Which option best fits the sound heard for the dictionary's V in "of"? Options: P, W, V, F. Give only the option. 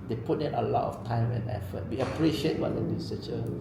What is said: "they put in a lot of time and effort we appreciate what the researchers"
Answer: F